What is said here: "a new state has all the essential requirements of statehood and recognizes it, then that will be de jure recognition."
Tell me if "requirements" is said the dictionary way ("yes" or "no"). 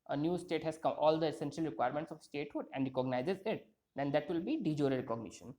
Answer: yes